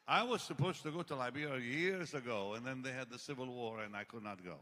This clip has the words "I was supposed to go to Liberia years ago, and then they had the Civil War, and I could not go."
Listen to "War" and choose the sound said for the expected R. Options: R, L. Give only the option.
R